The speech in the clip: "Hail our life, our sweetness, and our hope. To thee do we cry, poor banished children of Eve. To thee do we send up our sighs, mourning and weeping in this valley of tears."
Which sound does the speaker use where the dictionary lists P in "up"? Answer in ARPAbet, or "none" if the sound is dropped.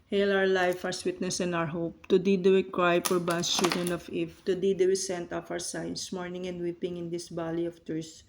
F